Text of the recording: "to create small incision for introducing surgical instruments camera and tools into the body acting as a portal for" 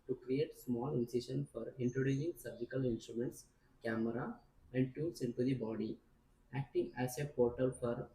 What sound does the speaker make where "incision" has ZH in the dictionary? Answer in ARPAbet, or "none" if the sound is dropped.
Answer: SH